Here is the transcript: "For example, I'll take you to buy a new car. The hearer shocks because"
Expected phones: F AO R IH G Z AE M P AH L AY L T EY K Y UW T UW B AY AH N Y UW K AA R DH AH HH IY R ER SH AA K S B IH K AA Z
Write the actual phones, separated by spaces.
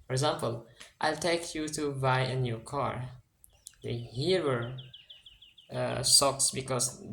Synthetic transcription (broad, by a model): F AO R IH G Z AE M P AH L AY L T EY K Y UW T UW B AY AH N Y UW K AA R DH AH HH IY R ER S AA K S B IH K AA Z